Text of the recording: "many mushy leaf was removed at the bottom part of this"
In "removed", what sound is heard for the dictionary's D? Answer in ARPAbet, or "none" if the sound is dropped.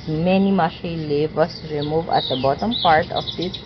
none